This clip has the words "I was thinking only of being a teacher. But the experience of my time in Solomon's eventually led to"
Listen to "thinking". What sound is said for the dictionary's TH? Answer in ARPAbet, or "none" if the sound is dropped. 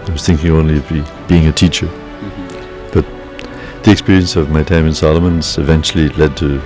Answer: TH